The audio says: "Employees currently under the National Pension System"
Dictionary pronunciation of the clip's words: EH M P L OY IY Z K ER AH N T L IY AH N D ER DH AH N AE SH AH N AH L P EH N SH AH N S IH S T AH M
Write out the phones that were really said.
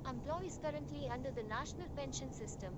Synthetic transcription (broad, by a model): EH M P L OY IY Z K ER AH N T L IY AH N D ER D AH N AE SH AH N AH L P EH N SH AH N S IH S T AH M